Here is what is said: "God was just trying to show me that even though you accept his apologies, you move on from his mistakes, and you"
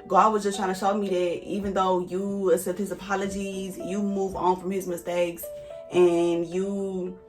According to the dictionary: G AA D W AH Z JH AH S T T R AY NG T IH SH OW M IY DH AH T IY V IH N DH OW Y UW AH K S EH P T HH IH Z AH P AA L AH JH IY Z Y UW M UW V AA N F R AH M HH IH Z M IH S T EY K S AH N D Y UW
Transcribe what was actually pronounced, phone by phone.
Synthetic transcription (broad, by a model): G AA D W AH Z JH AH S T T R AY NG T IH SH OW M IY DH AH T IY V IH N DH OW Y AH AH S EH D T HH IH Z AH P AA L AH JH IY Z Y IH M UW V N F R AH M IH Z M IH S T EY K S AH N Y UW